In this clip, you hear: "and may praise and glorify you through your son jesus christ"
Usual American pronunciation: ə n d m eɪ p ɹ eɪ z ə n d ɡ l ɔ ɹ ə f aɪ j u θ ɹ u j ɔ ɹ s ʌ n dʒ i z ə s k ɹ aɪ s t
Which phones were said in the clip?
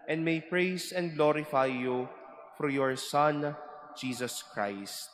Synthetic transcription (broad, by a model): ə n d m eɪ p ɹ eɪ s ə n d ɡ l ɔ ɹ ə f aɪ j u f ɹ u j ɔ ɹ s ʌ n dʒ i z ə s k ɹ aɪ s t